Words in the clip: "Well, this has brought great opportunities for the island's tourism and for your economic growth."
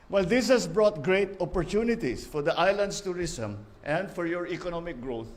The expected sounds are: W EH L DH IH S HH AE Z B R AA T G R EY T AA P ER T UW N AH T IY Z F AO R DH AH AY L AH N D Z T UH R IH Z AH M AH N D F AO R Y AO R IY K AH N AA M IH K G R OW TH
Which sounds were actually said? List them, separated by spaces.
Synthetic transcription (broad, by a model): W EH L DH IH S HH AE S B R AA T G R EY T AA P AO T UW N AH T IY S F AO R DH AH AY L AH N D S T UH R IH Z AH M AH N D F AO R Y AO R IY K AH N AA M IH K G R OW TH